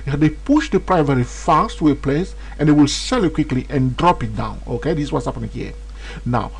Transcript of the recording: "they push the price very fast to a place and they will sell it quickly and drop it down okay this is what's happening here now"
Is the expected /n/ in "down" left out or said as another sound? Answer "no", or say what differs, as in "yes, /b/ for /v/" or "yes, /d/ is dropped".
no